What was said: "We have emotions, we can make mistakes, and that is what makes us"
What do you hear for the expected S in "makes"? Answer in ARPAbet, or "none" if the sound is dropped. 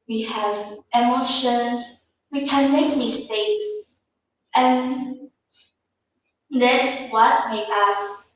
none